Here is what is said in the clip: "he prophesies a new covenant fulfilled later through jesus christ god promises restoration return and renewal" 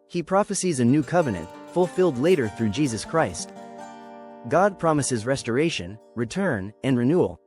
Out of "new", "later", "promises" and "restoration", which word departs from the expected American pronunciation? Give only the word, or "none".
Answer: none